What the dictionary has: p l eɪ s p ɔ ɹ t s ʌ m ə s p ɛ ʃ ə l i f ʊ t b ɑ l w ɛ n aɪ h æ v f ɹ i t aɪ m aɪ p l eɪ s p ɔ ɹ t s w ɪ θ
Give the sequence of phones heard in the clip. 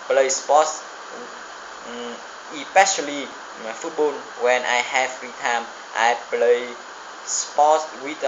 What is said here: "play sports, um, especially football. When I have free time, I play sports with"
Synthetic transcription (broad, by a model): p l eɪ s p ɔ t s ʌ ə p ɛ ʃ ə l i f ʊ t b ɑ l w ɛ n aɪ h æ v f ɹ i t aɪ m aɪ p l eɪ s p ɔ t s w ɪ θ